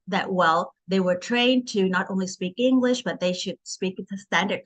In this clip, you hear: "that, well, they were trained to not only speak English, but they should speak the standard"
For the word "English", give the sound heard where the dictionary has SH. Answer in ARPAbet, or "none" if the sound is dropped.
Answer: SH